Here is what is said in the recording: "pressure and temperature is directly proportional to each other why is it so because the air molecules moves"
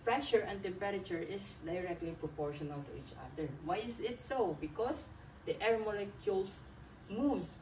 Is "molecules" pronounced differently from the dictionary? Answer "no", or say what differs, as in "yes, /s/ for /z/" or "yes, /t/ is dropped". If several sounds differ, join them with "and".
yes, /s/ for /z/